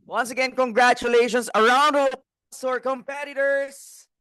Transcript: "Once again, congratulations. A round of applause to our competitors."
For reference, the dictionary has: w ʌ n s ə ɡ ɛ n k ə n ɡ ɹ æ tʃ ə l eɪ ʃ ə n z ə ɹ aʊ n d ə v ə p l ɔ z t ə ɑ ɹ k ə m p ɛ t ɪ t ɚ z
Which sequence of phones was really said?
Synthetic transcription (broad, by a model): w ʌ n s ə ɡ ɛ n k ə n ɡ ɹ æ tʃ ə l eɪ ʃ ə n s ə ɹ aʊ n d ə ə l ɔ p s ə ɑ ɹ k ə m p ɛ t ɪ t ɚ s